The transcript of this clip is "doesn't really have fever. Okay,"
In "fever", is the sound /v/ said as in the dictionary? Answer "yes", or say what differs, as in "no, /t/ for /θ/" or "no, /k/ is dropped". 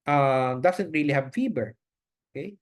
no, /b/ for /v/